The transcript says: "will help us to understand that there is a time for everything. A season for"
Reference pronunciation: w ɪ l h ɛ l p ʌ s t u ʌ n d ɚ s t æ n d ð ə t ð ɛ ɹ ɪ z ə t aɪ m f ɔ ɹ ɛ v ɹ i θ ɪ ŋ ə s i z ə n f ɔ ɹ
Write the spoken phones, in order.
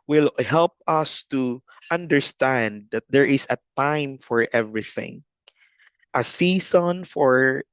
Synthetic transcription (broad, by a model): w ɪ l h ɛ l p ʌ s t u ʌ n d ɚ s t æ n d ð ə t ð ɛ ɹ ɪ s ə t aɪ m f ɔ ɹ ɛ v ɹ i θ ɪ ŋ ə s i s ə n f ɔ ɹ